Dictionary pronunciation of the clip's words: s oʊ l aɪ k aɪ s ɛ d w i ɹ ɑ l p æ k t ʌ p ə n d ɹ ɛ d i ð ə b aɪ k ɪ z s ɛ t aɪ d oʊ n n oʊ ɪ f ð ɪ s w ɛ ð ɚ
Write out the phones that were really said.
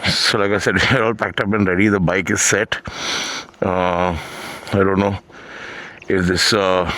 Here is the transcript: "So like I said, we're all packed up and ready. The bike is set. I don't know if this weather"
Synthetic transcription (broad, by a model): s oʊ l aɪ k aɪ s ɛ d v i ɹ ɑ l p æ k t ʌ p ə n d ɹ ɛ d i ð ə b aɪ k ɪ z s ɛ t aɪ d oʊ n n oʊ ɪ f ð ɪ s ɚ